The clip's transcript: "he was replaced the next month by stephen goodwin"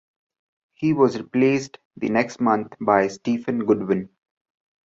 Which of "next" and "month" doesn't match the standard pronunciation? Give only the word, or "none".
month